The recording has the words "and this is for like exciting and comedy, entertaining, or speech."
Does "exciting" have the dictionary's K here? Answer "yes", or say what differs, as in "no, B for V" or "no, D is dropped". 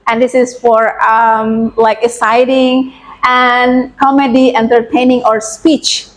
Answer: no, K is dropped